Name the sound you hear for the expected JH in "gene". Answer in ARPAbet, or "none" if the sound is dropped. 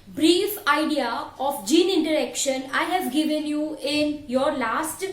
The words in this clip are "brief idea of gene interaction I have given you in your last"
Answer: JH